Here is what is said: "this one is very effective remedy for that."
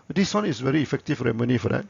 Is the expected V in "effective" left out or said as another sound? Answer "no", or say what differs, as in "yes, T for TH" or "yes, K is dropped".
yes, F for V